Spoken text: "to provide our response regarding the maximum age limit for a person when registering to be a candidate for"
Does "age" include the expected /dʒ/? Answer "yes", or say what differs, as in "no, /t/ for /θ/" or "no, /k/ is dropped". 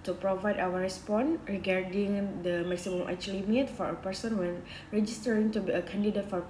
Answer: no, /tʃ/ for /dʒ/